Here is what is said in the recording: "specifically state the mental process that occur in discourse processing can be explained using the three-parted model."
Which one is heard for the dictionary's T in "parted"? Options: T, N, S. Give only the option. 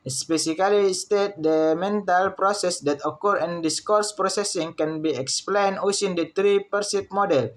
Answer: S